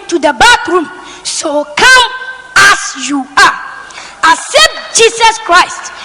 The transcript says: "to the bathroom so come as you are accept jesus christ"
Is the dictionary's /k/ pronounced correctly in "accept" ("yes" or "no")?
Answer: no